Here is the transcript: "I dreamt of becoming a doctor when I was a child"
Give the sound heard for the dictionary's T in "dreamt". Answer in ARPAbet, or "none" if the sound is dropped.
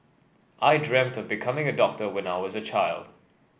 T